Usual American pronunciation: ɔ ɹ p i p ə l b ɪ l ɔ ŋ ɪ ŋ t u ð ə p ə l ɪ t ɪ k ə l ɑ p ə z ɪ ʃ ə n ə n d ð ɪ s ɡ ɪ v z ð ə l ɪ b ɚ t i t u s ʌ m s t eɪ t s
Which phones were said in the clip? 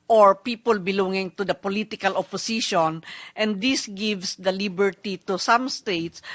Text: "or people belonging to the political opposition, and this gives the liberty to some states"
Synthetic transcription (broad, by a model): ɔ ɹ p i p ə l b ɪ l ɔ ŋ ɪ ŋ t u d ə p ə l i t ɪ k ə l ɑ p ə s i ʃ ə n ə n d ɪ s ɡ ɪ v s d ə l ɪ b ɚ t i t u s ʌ m s t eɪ t s